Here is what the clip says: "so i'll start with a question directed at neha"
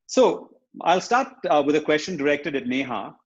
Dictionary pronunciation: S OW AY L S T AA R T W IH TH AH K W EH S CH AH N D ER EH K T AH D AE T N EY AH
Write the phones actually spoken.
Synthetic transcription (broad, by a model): S OW AY L S T AA R T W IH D AH K W EH S CH AH N D ER EH K T AH D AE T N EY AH